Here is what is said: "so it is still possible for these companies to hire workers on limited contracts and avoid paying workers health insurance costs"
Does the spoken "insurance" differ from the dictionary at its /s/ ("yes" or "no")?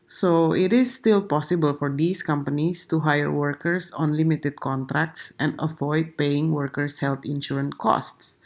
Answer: yes